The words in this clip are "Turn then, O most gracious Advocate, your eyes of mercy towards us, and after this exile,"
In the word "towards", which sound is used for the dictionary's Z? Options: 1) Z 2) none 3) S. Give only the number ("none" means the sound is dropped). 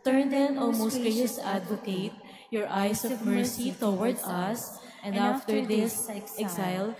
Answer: 2